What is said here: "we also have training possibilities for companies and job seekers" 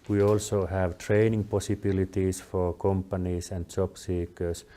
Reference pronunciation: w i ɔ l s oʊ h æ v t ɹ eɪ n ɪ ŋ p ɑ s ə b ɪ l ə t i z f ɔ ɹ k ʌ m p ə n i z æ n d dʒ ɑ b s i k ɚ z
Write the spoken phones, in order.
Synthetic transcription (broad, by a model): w i ɔ l s oʊ h æ v t ɹ eɪ n ɪ ŋ p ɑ s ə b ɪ l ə t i s f ɔ ɹ k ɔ m p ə n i s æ n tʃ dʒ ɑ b s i k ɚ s